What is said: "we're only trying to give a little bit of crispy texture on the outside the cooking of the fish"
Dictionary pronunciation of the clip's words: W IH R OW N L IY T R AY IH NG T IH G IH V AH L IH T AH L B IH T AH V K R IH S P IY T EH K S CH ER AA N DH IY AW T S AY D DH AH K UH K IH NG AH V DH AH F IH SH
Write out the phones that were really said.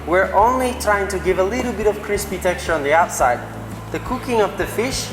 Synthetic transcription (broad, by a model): W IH R OW N L IY T R AY IH NG T IH G IH V AH L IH T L B IH T AH V K R IH S P IY T EH K CH ER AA N DH IY AW T S AY D DH AH K UH K IH NG AH V DH AH F IH SH